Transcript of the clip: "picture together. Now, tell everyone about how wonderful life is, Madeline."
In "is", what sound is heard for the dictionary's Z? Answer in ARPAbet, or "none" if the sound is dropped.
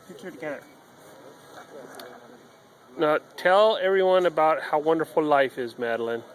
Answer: Z